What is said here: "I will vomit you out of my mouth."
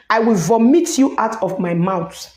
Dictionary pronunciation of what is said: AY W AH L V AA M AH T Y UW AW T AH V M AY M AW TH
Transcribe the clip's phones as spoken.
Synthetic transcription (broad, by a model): AY W AH L V AA M AH T Y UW AW T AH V M AY M AW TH